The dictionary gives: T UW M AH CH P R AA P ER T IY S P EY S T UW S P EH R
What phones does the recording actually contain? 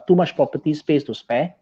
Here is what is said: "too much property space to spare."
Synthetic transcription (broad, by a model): T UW M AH SH P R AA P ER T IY S P EY S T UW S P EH